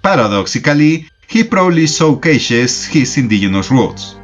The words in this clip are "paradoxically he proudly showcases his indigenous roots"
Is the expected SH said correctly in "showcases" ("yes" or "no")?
no